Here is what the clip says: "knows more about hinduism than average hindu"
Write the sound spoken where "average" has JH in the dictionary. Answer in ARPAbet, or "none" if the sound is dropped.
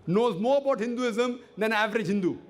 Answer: JH